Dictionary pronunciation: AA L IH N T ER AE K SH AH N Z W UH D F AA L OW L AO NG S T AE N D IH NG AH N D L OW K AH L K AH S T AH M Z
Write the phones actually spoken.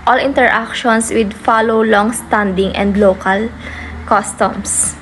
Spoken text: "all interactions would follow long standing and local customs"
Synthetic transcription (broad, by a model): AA L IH N T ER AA K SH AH N S W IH D F AA L OW L AO NG S T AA N D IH NG AH N D L OW K AH L K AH S T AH M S